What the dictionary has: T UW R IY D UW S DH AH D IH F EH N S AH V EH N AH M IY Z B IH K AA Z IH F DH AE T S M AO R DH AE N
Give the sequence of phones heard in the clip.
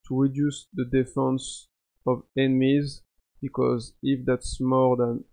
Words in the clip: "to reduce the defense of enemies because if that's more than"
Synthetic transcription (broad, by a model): T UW R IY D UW S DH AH D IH F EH N S AH V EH N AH M IY Z B IH K AA Z IH F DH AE T S M AO R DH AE N